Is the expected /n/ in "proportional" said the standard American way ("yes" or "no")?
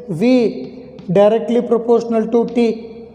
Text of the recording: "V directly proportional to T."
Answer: yes